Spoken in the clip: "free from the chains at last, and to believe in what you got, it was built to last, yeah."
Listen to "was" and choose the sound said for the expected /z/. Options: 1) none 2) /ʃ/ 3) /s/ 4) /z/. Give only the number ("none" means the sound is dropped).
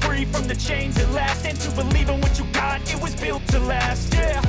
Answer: 4